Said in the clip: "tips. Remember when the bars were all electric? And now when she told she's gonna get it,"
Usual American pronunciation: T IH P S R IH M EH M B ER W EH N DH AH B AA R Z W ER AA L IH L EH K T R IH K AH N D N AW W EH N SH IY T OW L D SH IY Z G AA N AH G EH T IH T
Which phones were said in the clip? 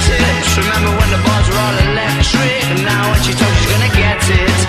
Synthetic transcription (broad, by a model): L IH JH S R IH M EH M B ER W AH N DH AH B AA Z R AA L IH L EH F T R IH AH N N AW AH N SH IY T OW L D SH IY Z G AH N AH G EH T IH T